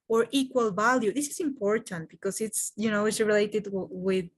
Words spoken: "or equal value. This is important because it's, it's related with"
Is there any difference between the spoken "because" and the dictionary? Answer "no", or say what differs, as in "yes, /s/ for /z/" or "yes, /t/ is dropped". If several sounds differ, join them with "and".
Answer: yes, /s/ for /z/